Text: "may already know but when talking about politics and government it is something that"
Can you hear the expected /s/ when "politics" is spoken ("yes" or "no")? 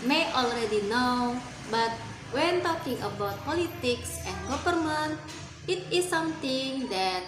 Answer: yes